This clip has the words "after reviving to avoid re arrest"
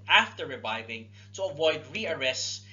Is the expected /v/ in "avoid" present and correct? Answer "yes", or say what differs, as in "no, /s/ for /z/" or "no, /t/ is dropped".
yes